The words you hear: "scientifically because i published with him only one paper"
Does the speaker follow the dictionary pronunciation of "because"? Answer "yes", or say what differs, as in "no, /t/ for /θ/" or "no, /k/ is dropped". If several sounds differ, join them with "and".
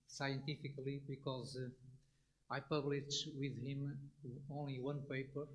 yes